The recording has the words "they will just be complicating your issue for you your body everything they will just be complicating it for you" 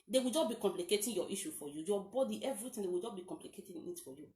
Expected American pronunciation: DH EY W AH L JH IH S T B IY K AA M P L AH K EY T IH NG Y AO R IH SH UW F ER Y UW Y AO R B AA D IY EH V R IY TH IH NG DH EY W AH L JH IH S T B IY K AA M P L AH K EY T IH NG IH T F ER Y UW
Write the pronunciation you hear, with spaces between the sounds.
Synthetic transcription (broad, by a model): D EY W AH L JH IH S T B IY K AA M P L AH K EY T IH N Y AO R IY SH UW F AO Y UW Y AO B AA D IY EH V R IY T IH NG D EY W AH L JH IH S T B IY K AA M P L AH K EY T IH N IH T F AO Y UW